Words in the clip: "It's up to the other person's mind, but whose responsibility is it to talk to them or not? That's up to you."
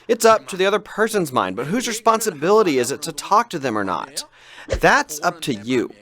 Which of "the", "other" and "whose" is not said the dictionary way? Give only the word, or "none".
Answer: none